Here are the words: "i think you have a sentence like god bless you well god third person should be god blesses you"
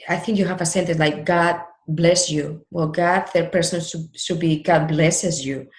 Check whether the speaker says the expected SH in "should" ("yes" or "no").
no